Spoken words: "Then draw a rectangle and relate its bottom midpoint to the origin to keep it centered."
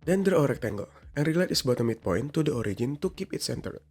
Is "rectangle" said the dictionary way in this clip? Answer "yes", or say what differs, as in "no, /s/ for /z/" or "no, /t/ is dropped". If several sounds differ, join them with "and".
yes